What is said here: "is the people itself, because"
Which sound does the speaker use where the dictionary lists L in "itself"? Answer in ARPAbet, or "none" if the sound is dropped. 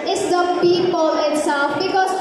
none